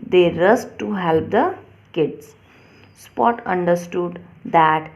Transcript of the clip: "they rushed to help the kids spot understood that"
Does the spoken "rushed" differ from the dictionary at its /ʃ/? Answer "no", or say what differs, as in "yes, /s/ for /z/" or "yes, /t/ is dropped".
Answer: yes, /s/ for /ʃ/